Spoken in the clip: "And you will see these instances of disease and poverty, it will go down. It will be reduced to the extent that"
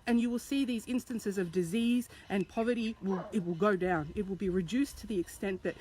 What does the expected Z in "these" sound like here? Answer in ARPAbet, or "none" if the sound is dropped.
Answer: Z